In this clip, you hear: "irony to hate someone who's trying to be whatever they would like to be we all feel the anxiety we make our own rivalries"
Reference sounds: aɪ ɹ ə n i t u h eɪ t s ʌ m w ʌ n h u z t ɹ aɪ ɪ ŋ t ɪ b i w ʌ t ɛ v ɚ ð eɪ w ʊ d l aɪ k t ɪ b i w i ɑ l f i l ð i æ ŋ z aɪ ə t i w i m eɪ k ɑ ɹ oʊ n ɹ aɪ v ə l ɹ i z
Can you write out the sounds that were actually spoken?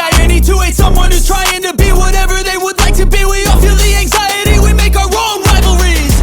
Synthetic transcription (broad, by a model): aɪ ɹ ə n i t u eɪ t s ʌ m w ʌ n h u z t ɹ aɪ ɪ ŋ t ɪ b i w ʌ t ɛ v ɚ ð eɪ w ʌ d l aɪ k t ɪ b i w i f i l ð i æ ŋ z aɪ ə t i w i m eɪ k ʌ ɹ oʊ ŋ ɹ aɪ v l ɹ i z